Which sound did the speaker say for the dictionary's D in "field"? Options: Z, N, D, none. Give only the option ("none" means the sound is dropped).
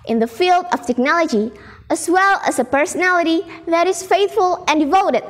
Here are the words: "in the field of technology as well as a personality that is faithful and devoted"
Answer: D